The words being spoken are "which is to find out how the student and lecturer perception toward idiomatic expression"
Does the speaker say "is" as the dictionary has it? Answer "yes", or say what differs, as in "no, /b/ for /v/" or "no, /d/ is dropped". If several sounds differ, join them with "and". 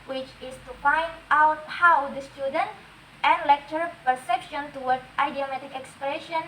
no, /s/ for /z/